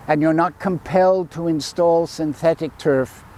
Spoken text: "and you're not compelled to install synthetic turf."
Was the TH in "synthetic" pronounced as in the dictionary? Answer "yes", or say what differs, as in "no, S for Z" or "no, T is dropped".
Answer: yes